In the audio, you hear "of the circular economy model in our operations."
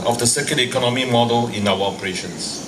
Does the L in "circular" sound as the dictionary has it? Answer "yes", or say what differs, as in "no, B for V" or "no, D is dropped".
no, N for L